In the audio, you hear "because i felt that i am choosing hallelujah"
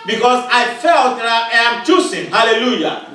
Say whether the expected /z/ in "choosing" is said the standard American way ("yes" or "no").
no